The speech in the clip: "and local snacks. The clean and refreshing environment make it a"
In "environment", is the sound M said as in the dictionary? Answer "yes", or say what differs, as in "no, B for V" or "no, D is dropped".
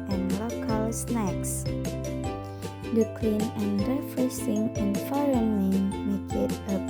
no, M is dropped